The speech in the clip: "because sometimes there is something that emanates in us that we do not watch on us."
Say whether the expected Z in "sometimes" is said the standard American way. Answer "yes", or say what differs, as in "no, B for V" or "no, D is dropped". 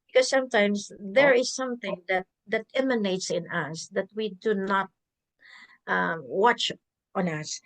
no, S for Z